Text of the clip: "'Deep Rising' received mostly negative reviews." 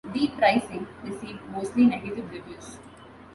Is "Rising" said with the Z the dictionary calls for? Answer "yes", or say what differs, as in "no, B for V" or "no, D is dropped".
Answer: no, S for Z